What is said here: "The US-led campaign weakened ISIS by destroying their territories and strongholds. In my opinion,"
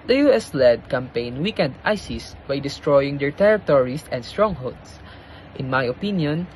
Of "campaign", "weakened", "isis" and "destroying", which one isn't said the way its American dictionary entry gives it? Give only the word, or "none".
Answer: none